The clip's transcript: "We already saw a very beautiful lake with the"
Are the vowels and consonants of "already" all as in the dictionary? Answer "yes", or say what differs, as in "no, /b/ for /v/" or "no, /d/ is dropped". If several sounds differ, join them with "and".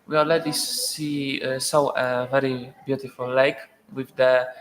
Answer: no, /l/ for /ɹ/